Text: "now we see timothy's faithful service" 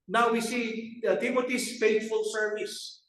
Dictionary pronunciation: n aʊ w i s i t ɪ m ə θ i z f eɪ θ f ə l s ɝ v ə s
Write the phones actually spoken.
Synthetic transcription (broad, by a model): n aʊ w i s i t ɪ m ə t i s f eɪ t f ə l s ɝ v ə s